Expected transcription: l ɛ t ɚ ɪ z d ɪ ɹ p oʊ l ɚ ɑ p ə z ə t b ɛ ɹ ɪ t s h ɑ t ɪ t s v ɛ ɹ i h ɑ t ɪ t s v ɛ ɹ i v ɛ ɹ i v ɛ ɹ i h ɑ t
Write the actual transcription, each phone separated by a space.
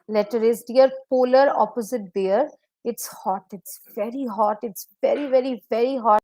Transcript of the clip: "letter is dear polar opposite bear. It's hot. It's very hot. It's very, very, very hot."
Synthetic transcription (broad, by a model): l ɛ t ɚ ɪ z d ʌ ɹ p oʊ l ɚ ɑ p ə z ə t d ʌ ɹ ɪ t s h ɑ t ɪ t s v ɛ ɹ i h ɑ t ɪ t s v ɛ ɹ i v ɛ ɹ i v ɛ ɹ i h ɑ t